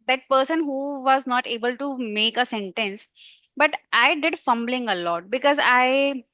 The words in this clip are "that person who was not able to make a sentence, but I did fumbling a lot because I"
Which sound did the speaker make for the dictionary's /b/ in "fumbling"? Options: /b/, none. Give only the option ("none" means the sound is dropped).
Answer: /b/